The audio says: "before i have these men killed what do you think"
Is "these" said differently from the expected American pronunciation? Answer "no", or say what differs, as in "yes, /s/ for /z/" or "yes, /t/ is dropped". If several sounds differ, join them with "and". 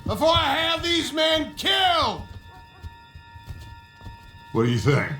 no